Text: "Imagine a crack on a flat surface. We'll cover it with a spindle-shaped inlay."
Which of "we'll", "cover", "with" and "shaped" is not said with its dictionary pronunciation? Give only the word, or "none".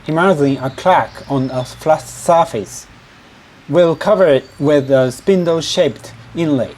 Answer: none